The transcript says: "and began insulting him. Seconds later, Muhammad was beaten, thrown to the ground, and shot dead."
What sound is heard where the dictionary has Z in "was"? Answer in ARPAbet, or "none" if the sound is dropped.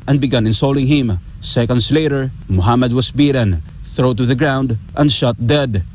S